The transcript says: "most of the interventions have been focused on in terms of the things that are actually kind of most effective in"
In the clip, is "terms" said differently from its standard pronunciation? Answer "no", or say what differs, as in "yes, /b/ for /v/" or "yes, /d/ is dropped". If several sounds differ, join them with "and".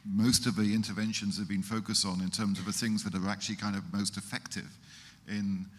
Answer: no